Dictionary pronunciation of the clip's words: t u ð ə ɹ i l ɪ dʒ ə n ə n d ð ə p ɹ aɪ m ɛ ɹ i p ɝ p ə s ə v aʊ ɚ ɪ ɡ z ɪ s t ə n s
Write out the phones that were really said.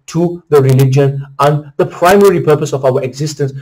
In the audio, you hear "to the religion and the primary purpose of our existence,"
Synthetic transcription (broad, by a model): t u ð ə ɹ i l ɪ dʒ ə n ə n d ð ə p ɹ aɪ m ɛ ɹ i p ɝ p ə s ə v aʊ ɚ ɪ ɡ z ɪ s t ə n s